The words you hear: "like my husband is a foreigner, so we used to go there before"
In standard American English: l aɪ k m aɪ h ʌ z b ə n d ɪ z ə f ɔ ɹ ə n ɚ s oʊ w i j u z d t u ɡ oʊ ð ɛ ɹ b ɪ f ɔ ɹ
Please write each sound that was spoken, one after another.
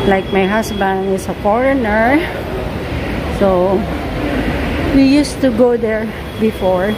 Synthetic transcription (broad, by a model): l aɪ k m aɪ h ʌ s b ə n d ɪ s ə f ɔ ɹ ə n ɚ s oʊ w i j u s t u ɡ oʊ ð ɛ ɹ b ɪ f ɔ ɹ